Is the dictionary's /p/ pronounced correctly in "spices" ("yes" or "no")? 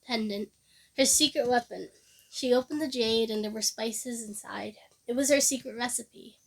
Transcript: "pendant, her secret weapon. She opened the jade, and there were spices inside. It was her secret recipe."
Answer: yes